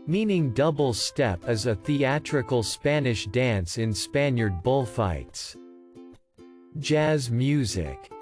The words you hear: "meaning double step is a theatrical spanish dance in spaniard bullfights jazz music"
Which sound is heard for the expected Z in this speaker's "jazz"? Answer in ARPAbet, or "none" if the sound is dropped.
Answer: Z